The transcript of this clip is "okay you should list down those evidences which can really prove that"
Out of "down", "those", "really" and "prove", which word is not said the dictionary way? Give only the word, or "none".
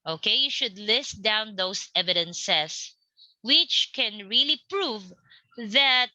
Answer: those